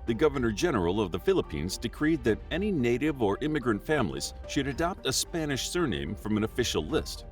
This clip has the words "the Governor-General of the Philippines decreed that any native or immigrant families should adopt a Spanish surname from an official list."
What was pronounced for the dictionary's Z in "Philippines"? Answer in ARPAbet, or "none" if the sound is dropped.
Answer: Z